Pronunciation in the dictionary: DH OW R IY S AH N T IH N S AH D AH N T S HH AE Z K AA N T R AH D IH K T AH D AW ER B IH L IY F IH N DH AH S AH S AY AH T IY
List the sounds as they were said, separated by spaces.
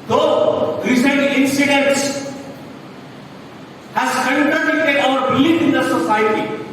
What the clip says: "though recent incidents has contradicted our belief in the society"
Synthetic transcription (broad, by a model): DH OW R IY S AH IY IH N S AH D AH N T S HH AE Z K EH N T AH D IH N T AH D AW ER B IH L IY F IH N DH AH S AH S AY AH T IY